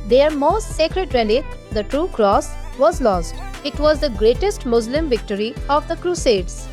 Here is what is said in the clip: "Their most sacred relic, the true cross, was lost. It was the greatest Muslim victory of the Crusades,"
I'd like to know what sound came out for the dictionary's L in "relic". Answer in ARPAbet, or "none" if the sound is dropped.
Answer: N